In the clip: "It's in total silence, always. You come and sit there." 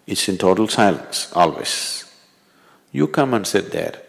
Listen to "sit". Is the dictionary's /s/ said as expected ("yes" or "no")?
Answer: yes